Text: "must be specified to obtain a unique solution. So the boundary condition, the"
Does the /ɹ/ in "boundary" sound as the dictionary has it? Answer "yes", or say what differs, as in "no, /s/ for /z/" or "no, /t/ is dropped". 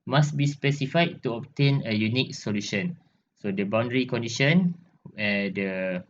yes